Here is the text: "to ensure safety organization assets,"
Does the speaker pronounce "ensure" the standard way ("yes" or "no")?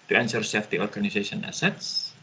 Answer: no